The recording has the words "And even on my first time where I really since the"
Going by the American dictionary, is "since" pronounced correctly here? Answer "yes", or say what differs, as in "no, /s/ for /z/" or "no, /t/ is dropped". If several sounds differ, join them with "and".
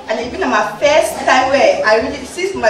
no, /n/ is dropped